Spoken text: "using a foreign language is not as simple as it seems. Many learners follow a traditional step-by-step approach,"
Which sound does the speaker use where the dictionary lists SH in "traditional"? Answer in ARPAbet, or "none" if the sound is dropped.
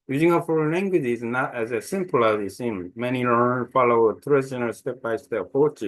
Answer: none